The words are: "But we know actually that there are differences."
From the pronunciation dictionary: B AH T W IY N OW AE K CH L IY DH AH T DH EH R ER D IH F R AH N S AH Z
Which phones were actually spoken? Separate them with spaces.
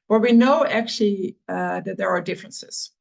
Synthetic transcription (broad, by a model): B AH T W IY N OW AE K CH L IY DH AH T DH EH R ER D IH F R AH N S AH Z